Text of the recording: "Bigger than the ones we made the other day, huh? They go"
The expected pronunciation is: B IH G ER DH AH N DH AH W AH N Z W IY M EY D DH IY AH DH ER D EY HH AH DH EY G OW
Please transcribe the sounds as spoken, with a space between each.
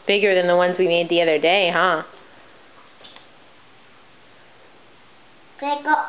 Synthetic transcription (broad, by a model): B IH G ER DH AH N DH AH W AH N Z W IY M EY D DH IY AH DH ER D EY HH AH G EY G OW